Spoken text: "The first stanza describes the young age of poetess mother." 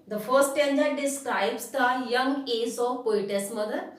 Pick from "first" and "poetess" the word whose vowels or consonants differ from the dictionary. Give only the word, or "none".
first